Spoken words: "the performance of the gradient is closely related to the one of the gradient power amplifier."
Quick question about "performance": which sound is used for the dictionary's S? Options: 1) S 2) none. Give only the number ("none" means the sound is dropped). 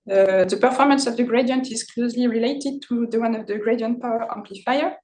1